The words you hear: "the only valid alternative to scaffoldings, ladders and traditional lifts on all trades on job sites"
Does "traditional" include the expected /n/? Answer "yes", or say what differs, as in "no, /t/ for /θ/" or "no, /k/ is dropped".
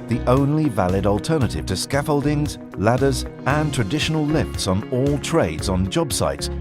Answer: yes